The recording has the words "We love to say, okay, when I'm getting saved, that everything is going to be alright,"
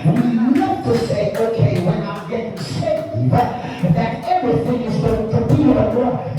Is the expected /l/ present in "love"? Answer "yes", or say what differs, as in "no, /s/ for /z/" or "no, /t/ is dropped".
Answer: no, /n/ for /l/